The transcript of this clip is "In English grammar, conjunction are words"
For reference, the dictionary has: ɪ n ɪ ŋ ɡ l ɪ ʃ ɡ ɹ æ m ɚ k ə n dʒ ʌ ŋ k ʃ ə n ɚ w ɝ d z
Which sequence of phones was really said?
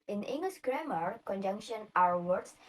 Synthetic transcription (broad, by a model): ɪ n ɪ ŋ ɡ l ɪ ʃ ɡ ɹ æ m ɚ k ə n dʒ ʌ ŋ k ʃ ə n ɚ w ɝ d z